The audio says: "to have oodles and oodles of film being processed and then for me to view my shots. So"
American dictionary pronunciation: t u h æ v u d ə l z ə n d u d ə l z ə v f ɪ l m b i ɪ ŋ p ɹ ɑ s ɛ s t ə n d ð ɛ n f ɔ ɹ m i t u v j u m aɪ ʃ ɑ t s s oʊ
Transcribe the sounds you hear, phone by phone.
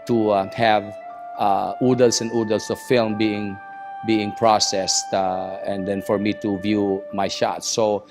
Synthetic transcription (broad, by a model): t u h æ v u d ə l s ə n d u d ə l s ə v f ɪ l m b i ɪ ŋ p ɹ ɑ s ɛ s t ə n d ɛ n f ɔ ɹ m i t u v j u m aɪ ʃ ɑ t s s oʊ